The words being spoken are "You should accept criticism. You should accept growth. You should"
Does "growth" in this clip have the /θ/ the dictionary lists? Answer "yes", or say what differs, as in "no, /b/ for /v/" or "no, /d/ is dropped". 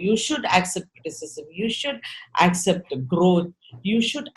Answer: no, /t/ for /θ/